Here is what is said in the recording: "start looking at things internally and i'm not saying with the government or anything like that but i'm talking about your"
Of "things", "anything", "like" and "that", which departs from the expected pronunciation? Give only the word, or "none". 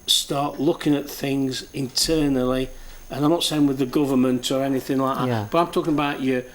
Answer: none